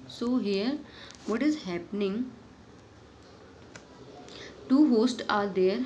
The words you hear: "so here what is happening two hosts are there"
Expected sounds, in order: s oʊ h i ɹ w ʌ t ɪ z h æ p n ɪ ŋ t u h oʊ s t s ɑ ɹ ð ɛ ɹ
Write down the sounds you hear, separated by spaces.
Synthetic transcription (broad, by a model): s oʊ h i ɹ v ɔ t ɪ z h æ p n ɪ ŋ t u h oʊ s t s ɑ ɹ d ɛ ɹ